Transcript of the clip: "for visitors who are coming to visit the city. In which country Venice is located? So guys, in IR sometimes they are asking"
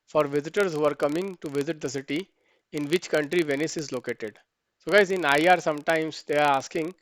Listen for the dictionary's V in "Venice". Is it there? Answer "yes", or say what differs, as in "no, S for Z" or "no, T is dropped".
yes